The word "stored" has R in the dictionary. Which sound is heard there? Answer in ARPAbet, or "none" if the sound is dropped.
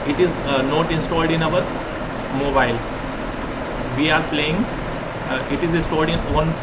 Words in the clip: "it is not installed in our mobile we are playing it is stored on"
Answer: L